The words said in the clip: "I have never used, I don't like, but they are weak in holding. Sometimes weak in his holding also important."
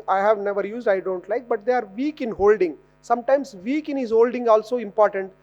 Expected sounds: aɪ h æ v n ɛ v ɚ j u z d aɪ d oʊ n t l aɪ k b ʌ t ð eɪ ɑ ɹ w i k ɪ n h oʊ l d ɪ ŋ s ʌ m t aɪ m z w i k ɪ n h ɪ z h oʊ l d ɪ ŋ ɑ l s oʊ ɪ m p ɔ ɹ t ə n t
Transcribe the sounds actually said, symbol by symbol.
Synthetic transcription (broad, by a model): aɪ h æ v n ɛ v ɚ j u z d aɪ d oʊ n t l aɪ k b ʌ t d eɪ ɑ ɹ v i k ɪ n h oʊ l d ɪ ŋ s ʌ m t aɪ m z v i k ɪ n h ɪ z h oʊ l d ɪ ŋ ɑ l s oʊ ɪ m p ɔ ɹ t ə n t